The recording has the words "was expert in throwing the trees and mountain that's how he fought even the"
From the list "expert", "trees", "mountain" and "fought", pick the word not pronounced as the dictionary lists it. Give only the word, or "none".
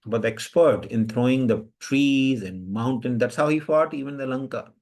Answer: none